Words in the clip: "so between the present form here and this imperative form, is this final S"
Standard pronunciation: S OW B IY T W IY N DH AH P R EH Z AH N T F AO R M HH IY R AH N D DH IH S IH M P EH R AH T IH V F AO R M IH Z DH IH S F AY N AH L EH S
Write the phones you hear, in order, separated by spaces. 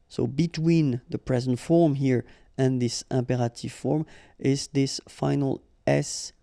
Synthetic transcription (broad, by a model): S OW B IY T W IY N DH AH P R EH Z AH N T F AO R M HH IY R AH N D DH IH S IH M P EH R AH T IH V F AO R M IH Z DH IH S F AY N AH L EH S